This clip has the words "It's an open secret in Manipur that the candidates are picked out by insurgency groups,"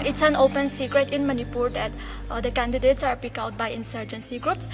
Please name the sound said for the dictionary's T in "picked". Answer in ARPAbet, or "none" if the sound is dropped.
none